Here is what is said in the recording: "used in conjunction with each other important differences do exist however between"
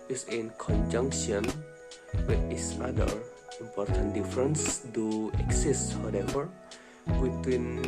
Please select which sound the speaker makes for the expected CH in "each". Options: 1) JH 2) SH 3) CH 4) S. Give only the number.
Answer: 4